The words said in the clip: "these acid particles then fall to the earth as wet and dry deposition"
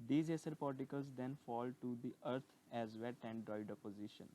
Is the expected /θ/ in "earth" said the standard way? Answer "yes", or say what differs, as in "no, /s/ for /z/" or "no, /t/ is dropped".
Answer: no, /t/ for /θ/